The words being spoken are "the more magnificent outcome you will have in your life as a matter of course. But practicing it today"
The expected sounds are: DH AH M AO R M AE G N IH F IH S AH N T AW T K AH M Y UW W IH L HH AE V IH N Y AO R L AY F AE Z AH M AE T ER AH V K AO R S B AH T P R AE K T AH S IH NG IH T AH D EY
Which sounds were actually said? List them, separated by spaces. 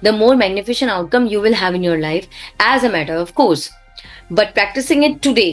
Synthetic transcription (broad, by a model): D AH M AO R M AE G N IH F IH SH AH N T AW T K AH M Y UW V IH L HH AE V IH N Y AO R L AY F AE Z AH M AE T ER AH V K AO R S B AH T P R AE K T AH S IH NG IH T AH D EY